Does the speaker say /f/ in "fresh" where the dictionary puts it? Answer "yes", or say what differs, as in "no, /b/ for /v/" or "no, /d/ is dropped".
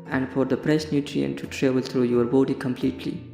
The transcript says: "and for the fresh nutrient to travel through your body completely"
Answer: no, /p/ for /f/